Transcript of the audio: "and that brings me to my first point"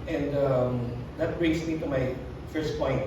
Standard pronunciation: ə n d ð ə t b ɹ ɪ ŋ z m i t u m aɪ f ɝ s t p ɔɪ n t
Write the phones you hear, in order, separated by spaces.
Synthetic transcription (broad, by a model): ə n d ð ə t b ɹ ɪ ŋ s m i t u m aɪ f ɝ s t p ɔɪ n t